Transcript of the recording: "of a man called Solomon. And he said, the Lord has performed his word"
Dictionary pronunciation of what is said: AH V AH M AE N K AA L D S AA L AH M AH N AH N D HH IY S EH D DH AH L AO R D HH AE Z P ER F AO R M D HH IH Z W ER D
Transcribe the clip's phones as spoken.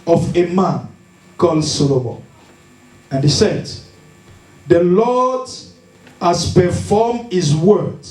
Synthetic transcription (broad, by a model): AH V AH M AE N K AA L D S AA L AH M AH AH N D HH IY S EH D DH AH L AO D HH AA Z P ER F AO M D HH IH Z W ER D